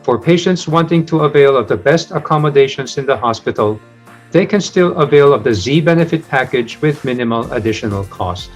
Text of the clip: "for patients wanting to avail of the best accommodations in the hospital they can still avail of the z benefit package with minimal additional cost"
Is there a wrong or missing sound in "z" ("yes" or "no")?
no